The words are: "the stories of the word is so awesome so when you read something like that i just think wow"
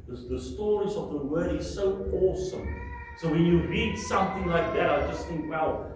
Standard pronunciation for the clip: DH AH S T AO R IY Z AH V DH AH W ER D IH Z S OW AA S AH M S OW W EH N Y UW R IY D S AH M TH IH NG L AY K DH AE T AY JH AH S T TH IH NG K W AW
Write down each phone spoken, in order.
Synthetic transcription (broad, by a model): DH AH S T AO R IY Z AH V DH AH W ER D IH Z S OW AA S AH M S OW W EH N Y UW R IY D S AH M TH IH NG L AY K DH AE T AY JH AH S T TH IH NG K W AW